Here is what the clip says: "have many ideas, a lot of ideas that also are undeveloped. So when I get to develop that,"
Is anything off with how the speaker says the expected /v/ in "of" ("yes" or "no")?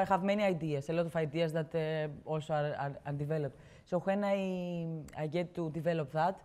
yes